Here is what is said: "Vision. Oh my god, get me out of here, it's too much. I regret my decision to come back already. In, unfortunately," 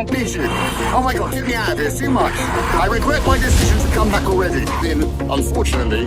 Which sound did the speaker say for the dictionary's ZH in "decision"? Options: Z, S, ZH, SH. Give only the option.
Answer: ZH